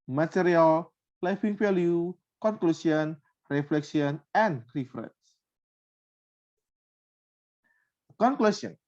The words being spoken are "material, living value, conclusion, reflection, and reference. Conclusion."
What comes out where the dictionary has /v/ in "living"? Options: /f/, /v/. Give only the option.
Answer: /f/